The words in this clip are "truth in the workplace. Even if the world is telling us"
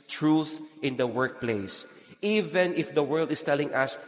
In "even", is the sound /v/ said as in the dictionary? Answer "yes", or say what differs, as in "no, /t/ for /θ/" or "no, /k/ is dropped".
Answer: yes